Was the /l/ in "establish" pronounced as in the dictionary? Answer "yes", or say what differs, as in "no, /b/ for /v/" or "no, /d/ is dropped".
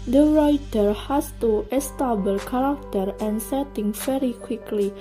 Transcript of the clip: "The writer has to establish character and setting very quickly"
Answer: no, /l/ is dropped